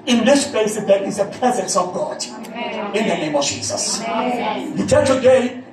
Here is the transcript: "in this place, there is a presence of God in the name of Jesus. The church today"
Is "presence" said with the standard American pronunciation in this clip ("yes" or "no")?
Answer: yes